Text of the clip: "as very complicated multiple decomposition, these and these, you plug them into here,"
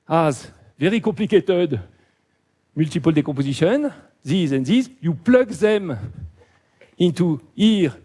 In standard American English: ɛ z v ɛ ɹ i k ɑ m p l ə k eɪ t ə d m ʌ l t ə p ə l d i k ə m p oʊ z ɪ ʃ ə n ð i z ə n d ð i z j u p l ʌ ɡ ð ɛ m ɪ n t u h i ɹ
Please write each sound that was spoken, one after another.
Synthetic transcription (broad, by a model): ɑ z v ɛ ɹ i k ɑ p l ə k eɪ t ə d m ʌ l t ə p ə l d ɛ k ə p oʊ z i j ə n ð i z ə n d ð i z j u p l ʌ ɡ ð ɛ m ɪ n t u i ɹ